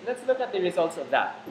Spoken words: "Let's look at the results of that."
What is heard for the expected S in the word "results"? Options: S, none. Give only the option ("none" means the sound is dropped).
S